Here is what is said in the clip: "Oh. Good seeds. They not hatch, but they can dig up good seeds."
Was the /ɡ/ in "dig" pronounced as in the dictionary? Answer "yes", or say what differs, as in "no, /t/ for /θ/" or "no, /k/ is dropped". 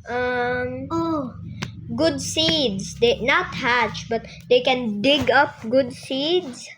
yes